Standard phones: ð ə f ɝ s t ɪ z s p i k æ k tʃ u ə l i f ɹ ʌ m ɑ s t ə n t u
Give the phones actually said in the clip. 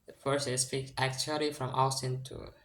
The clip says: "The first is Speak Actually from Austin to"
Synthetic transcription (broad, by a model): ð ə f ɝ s ɪ s p i k æ k tʃ u ə l i f ɹ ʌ m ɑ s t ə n t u